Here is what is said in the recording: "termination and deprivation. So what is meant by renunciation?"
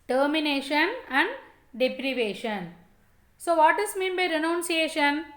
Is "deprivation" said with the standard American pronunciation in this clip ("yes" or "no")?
yes